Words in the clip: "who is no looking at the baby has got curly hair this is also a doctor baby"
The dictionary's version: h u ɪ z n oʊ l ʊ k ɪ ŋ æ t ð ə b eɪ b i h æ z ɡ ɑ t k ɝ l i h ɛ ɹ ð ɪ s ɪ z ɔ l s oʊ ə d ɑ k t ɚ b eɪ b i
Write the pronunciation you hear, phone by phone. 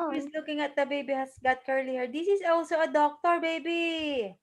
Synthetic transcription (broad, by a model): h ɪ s l ʊ k ɪ ŋ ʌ t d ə b eɪ b i h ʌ s ɡ ɑ t k ɝ l i h ɛ ɹ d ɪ s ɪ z ɔ l s oʊ ə d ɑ k t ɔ b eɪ b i